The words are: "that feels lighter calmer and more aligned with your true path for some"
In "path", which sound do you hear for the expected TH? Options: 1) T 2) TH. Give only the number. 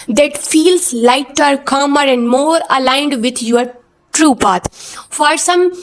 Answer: 1